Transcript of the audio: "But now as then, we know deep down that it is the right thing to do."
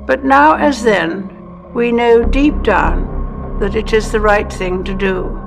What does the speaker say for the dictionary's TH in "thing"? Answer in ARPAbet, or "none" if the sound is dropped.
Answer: TH